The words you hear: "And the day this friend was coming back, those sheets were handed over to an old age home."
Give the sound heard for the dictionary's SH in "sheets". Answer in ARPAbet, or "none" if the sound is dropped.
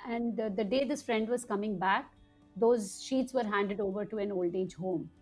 SH